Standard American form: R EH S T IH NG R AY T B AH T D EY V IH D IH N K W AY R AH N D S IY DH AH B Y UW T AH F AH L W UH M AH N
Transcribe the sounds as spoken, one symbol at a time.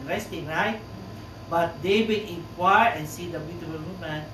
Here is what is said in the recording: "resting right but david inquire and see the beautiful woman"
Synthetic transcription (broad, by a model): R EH S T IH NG R AY T B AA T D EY W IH IH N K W AY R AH N S IY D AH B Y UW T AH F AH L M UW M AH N